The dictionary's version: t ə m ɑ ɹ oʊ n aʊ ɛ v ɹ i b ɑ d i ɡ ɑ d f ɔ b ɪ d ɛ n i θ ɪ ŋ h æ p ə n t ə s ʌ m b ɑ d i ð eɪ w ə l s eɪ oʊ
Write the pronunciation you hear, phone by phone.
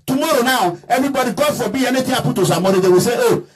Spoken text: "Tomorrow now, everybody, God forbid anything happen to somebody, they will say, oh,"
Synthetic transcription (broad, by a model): t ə m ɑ ɹ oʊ n aʊ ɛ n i b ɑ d i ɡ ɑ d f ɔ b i ɛ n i t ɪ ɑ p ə t ə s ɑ m ɑ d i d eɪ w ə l s eɪ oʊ